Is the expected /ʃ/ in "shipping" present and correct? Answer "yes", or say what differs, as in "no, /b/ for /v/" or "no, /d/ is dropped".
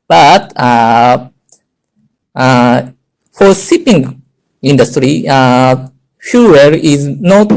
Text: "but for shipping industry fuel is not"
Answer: no, /s/ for /ʃ/